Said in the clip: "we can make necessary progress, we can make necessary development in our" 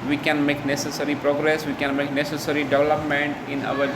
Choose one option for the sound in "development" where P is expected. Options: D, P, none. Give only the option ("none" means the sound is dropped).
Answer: P